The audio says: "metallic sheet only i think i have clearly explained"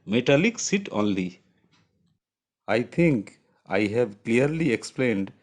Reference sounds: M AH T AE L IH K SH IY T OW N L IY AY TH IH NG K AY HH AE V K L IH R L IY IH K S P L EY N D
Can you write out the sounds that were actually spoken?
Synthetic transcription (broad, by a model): M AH T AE L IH K S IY T OW N L IY AY T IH NG K AY HH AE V K L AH R L IY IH K S P L EY N D